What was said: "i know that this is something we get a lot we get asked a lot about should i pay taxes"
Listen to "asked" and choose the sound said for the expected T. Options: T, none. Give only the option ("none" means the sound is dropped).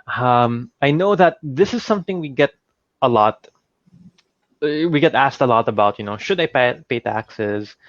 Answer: T